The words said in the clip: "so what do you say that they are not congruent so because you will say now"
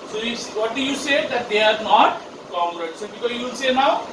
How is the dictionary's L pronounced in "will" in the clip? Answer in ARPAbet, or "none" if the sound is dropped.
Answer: N